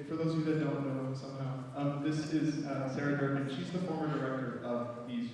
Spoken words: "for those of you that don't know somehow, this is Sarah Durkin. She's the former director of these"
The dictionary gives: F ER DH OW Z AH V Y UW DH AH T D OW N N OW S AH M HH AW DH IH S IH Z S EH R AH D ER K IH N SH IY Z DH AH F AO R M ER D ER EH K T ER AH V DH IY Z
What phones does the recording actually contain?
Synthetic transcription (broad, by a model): F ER DH OW AH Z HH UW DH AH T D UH L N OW S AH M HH AW DH IH S IH Z S EH R AH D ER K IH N SH IY Z DH AH F AO R M ER D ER EH K T ER AH V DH IY Z